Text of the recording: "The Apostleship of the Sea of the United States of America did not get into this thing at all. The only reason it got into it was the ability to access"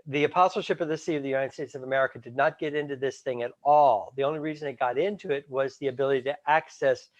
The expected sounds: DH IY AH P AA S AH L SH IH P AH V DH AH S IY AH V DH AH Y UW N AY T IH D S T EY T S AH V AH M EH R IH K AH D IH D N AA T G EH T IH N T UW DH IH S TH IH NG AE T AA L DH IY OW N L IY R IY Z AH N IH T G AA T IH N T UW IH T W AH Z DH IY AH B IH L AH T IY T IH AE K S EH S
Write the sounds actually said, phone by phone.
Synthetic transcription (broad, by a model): DH IY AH P AA S L SH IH P AH V DH AH S IY AH V DH AH Y UW N AY T IH D S T EY T S AH V AH M EH R IH K AH D IH D N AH T G EH T IH N T UW DH IH S TH IH NG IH T AA L DH IY OW N L IY R IY Z AH N IH T G AA T IH N T UW IH T W AH Z DH IY AH B IH L AH T IY T IH AE K S EH S